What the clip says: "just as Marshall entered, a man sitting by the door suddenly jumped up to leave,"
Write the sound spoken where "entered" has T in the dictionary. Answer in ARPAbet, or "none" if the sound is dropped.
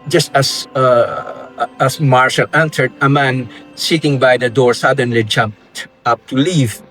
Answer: S